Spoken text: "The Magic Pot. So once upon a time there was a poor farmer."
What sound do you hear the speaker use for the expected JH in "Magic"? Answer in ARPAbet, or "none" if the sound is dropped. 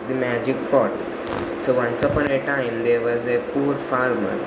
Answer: JH